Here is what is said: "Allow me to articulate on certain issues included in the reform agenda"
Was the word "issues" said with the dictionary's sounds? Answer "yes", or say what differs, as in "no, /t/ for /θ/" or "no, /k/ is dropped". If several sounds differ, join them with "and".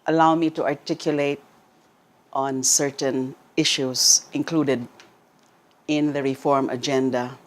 no, /s/ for /z/